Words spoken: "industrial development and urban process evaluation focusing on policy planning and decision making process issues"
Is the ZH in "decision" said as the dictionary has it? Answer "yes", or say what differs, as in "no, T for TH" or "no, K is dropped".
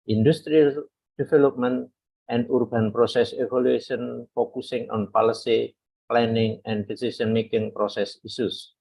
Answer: no, S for ZH